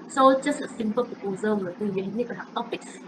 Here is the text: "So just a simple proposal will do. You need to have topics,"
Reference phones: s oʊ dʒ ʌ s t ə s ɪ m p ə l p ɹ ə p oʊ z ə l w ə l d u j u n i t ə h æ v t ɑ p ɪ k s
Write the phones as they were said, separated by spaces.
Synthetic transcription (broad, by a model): s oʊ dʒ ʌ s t ə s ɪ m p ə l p ə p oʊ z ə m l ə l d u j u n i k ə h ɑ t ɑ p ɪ k s